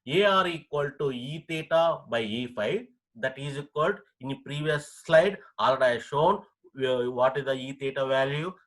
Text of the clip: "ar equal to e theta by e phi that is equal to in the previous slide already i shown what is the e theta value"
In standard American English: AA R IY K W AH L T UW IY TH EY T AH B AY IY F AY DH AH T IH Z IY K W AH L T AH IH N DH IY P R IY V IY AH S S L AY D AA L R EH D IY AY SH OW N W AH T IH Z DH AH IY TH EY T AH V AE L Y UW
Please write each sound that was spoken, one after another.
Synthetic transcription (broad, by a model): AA R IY K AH L T UW IY T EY T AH B AY IY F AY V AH T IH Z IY K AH L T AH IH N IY P R IY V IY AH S S L AY D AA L EH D AY SH OW N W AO T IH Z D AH IY T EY T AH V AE L Y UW